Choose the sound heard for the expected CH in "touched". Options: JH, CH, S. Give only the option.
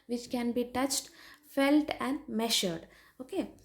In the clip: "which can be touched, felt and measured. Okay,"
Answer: CH